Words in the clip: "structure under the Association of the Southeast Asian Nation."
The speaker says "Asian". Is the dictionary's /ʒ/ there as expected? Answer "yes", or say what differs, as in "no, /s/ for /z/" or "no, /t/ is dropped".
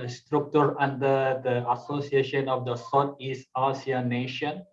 no, /s/ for /ʒ/